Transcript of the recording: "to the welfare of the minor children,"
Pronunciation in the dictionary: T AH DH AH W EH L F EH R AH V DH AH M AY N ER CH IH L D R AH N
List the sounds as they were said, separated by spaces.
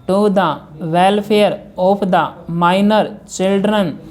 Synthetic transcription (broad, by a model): T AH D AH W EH L P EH R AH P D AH M AY N ER CH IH L D R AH N